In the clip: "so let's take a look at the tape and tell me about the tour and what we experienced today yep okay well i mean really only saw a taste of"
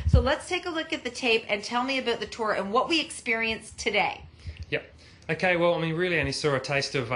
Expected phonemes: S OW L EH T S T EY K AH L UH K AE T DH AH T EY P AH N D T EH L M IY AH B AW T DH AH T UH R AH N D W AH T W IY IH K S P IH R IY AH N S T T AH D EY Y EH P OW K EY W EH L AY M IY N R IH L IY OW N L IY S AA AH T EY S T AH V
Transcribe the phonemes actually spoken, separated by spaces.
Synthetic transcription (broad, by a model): S OW L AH T S T EY K AH L UH K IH T DH AH T EY P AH N T EH L M IY AH B AW T DH AH T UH R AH N W AH T W IY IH K S P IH R IY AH N S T T AH D EY Y EH P OW K EY W EH L AY M IY N R IH L IY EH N IY S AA AH T EY S T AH V